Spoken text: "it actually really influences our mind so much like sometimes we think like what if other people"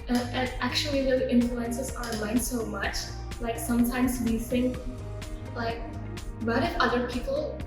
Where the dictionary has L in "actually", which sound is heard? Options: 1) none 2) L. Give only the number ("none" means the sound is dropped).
1